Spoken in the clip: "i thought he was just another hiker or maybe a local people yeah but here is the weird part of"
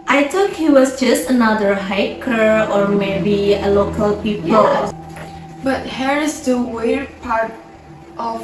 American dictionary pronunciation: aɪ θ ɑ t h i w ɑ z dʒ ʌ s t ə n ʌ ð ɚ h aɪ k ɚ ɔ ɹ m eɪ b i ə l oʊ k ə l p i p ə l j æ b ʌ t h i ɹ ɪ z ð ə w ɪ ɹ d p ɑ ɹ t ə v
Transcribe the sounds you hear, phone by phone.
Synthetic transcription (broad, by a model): aɪ t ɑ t h i w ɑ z dʒ ʌ s t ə n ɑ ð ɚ h aɪ k ɚ ɔ ɹ m eɪ b i ə l oʊ k ə l p i p ə l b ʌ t h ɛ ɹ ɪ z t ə w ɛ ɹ p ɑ ɹ t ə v